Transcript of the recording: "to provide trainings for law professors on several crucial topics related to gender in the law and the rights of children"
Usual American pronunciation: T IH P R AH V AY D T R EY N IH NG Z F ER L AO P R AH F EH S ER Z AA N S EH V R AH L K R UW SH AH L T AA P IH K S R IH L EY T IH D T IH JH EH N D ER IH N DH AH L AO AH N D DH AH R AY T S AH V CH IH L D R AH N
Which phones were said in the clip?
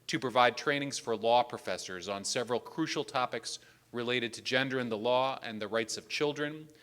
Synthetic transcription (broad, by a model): T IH P R AH V AY D T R EY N IH NG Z F ER L AO P R AH F EH S ER Z N S EH V R AH L K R UW SH L T AA P IH K S R IH L EY T IH D T IH JH EH N D ER IH N DH AH L AO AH N DH AH R AY T S AH V CH IH L D R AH N